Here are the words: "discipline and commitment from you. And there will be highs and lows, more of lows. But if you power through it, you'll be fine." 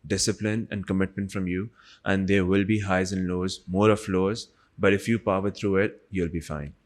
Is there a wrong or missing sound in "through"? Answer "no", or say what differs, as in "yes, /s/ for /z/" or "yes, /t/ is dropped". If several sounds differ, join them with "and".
yes, /t/ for /θ/